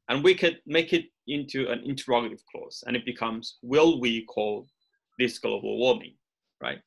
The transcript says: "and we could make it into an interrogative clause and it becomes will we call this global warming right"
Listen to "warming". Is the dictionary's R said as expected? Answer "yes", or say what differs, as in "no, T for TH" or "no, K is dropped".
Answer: no, W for R